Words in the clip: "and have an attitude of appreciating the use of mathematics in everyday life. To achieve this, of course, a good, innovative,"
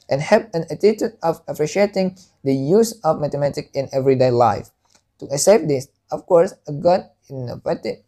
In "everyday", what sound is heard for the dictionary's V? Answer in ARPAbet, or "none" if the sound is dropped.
V